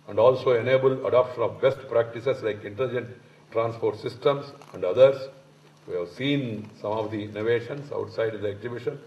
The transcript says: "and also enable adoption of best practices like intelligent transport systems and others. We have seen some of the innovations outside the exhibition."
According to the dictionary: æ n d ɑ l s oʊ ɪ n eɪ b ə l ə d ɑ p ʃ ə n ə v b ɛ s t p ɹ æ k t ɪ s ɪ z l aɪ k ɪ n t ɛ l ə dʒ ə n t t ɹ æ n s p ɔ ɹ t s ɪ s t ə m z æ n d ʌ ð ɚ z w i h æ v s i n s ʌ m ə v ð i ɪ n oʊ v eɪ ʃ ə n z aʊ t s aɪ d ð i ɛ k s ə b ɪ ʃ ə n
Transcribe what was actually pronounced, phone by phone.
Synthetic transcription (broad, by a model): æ n d ɑ l s oʊ ɪ n eɪ b ə l ə d ɑ p ʃ ə n ə v b ɛ s t p ɹ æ k t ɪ s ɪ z l aɪ k ɪ n t ɛ l ə dʒ ə n t t ɹ æ n s p ɔ ɹ t s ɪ s t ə m s æ n d ʌ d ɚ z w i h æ v s i n s ʌ m ə v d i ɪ n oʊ v eɪ ʃ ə n s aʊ t s aɪ d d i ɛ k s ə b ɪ ʃ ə n